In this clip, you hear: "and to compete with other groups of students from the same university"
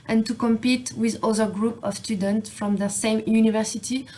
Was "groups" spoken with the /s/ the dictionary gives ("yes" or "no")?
no